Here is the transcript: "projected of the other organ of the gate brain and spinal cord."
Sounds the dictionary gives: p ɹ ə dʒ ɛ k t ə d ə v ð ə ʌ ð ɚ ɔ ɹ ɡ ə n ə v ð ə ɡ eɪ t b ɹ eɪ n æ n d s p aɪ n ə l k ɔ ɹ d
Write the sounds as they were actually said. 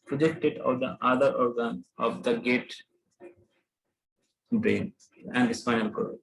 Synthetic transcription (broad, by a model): p ɹ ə dʒ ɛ k t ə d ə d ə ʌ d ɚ ɔ ɹ ɡ ə n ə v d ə ɡ eɪ t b eɪ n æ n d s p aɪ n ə l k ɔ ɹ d